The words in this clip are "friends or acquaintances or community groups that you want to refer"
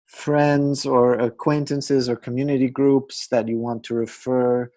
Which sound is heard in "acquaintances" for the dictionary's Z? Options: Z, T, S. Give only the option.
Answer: Z